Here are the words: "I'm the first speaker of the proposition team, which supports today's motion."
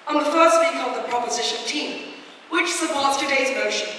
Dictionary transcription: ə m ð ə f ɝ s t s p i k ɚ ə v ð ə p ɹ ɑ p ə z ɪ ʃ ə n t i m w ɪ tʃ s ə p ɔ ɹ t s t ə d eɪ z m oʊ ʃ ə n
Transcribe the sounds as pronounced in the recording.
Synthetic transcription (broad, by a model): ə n ð ə f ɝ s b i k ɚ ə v ð ə p ɹ ɑ p ə z ɪ ʃ ə n t i m w ɪ tʃ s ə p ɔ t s t ə d eɪ z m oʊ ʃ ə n